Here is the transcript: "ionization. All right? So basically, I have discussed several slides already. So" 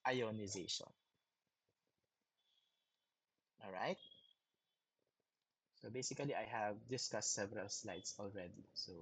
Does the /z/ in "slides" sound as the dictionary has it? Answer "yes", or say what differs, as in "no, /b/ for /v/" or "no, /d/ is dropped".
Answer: no, /s/ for /z/